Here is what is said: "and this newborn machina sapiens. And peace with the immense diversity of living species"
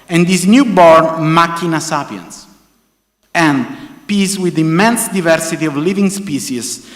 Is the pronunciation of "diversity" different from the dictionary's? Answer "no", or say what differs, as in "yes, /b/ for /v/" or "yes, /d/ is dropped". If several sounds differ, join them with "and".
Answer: no